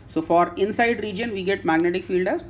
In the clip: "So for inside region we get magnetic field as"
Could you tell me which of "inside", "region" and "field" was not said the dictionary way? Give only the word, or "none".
none